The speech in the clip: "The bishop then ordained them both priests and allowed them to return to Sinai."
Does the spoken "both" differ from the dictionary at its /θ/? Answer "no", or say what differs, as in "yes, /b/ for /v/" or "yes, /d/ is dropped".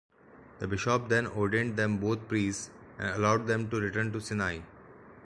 yes, /t/ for /θ/